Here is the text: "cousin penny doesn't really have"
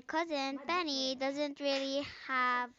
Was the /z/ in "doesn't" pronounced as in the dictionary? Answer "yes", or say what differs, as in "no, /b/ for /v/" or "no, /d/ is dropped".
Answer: yes